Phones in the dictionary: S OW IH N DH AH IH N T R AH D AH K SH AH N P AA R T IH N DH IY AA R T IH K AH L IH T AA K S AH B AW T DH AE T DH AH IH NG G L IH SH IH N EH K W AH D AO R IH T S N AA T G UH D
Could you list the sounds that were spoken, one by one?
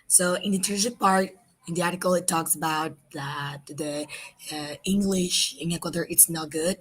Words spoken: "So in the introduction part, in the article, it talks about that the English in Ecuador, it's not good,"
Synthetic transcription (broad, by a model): S OW IH N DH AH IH T AH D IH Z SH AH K P AA R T IH N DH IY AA R T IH K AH L IH T AA K S AH B AW T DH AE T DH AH IH NG G L IH SH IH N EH K W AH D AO R IH T S N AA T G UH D